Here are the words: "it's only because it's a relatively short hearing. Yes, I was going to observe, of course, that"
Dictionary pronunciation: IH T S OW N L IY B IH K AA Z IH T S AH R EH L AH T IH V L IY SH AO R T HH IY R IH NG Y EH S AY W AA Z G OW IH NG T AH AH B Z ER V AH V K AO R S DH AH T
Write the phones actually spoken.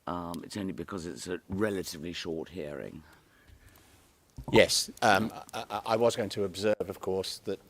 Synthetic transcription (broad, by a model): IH T S OW N L IY B IH K AA Z IH T S AH R EH L AH T IH V L IY SH AO R T HH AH R IH NG Y EH S AY W AA Z G OW IH NG T AH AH B Z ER V AH V K AO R S DH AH T